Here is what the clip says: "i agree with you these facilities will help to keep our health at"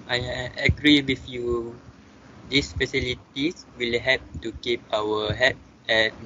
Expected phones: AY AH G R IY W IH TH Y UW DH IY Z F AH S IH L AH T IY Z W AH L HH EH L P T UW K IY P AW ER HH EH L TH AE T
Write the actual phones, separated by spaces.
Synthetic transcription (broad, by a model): AY AH G R IY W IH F Y UW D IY S F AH S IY L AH T IY S W AH L HH EH P T UW K IY P AW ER HH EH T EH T